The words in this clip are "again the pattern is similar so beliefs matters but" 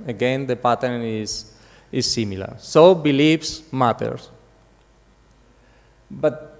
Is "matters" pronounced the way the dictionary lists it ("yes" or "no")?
no